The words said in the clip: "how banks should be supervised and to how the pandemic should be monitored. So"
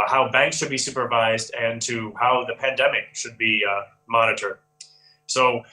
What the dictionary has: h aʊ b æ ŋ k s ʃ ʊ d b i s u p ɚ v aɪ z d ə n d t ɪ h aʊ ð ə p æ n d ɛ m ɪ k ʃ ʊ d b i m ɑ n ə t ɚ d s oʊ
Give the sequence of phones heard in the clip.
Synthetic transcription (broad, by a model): h aʊ b æ ŋ k s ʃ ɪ d b i s u p ɚ v aɪ z d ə n t ɪ h aʊ ð ə p æ n d ɛ m ɪ k ʃ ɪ d b i m ɑ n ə t ɚ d s oʊ